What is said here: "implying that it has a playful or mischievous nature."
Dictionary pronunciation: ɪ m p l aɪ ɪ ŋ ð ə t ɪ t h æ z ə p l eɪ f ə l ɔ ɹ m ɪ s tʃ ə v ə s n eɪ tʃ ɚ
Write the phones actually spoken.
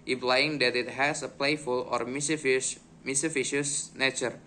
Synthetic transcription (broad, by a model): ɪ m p l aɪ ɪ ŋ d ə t ɪ t h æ s ə p l eɪ f ə l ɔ ɹ m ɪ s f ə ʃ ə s n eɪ tʃ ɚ